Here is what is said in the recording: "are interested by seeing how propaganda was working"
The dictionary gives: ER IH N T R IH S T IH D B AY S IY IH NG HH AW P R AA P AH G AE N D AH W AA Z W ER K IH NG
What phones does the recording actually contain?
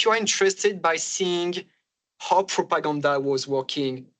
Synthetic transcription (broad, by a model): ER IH N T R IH S T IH D B AY S IY IH NG HH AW P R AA P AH G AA N D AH W AA Z W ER K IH NG